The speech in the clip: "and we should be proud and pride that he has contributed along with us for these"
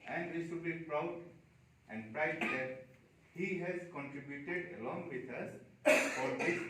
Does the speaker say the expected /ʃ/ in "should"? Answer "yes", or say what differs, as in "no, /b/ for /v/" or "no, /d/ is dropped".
no, /s/ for /ʃ/